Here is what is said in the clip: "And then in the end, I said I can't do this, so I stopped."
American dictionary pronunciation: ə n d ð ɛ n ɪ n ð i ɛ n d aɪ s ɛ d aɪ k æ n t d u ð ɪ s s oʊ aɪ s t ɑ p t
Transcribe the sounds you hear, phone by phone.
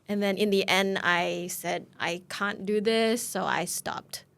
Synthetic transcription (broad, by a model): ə n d ð ɛ n ɪ n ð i ɛ n d aɪ s ɛ d aɪ k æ n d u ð ɪ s s oʊ aɪ s t ɑ p t